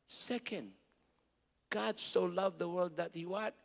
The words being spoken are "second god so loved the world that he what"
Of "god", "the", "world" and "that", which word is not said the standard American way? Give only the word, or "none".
none